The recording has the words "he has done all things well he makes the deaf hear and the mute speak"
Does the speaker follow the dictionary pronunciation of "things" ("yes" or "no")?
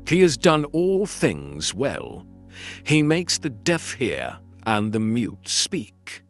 yes